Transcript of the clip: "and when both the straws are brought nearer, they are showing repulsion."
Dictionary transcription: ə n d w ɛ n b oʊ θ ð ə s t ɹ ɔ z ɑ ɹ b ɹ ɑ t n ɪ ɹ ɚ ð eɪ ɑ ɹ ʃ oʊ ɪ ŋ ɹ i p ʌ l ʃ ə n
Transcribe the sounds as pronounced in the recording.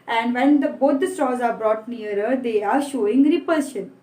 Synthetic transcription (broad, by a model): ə n d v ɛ n b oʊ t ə s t ɔ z ɑ ɹ b ɹ ɑ t n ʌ ɹ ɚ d eɪ ɑ ɹ ʃ oʊ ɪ ŋ ɹ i p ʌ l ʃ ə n